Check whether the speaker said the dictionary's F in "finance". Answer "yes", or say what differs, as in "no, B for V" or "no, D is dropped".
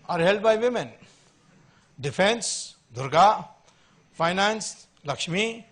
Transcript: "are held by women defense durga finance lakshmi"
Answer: no, P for F